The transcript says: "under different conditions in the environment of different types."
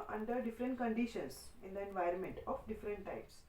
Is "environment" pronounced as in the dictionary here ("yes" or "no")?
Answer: yes